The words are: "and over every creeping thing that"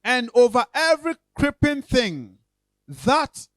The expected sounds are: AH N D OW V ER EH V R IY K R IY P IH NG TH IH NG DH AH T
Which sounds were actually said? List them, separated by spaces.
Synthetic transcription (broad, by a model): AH N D OW V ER EH V R IY K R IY P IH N TH IH NG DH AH T